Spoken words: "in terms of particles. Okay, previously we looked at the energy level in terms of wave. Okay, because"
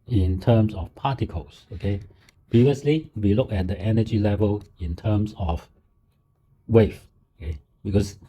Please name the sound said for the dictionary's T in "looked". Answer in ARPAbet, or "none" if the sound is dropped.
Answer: none